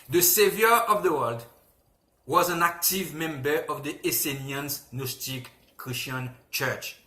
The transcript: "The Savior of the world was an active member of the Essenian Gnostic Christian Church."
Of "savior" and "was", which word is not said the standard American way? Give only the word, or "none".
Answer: none